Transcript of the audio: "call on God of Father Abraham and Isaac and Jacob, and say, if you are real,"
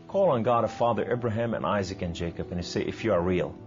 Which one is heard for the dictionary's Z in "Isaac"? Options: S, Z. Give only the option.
Z